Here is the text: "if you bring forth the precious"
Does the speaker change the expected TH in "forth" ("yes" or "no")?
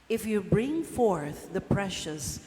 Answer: no